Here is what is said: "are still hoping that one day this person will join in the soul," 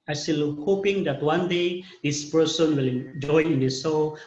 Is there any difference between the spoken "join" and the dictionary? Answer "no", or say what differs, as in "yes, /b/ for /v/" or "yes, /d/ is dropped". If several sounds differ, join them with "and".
yes, /n/ is dropped